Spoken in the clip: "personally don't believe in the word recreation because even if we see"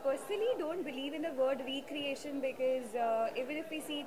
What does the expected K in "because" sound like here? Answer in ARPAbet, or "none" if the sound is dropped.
K